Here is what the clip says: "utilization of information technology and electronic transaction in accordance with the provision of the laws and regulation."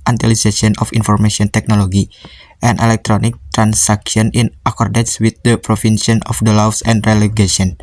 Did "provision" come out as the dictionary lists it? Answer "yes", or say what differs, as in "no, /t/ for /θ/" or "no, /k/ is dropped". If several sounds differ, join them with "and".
no, /s/ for /ʒ/